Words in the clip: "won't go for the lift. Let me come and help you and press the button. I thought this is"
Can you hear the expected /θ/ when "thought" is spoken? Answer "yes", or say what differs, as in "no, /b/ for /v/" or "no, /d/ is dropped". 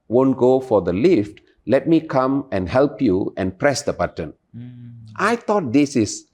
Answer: no, /t/ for /θ/